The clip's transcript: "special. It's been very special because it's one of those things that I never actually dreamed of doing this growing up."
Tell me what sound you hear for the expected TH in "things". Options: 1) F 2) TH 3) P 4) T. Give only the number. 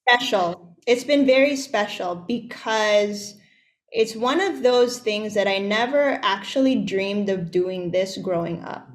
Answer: 2